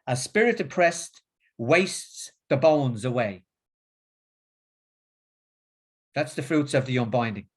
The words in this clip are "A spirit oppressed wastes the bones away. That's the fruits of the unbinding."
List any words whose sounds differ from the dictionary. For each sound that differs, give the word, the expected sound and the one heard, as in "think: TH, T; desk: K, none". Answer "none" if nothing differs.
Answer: none